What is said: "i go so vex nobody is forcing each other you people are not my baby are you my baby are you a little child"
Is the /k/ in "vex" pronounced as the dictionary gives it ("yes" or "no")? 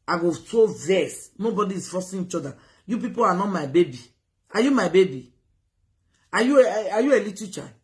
no